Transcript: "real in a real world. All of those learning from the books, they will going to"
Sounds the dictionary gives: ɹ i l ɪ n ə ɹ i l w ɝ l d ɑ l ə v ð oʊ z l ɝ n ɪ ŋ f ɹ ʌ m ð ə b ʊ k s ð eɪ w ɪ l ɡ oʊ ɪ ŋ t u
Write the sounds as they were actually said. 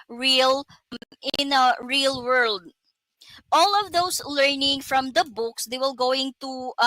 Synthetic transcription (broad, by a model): ɹ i l ɪ n ə ɹ i l w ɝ l d ɑ l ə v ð oʊ s l ɝ n ɪ ŋ f ɹ ʌ m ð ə b ʊ k s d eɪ w ɪ l ɡ oʊ ɪ ŋ t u